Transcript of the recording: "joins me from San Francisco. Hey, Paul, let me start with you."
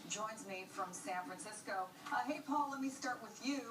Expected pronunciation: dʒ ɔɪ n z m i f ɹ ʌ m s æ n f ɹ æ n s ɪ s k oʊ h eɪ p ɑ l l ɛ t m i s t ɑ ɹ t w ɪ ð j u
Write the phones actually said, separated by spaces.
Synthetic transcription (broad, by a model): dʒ ɔɪ n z m i f ɹ ʌ m s æ n f ɹ æ n s ɪ s k oʊ h eɪ p ɑ l l ɛ t m i s t ɑ ɹ t w ɪ ð j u